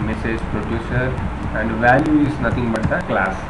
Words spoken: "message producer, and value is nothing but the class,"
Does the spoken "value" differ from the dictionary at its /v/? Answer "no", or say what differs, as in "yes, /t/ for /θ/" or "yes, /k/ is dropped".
no